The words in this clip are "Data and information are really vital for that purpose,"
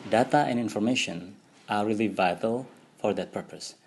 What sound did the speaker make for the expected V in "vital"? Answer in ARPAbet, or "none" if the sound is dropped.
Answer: V